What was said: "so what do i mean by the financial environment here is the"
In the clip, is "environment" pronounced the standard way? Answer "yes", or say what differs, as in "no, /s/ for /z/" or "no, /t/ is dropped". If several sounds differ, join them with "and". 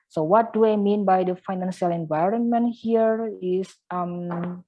yes